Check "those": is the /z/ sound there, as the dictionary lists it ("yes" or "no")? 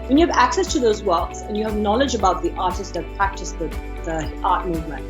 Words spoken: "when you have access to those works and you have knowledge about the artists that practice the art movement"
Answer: yes